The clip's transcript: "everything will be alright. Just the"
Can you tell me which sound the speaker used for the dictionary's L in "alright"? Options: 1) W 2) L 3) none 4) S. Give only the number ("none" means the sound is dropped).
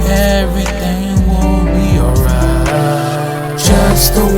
3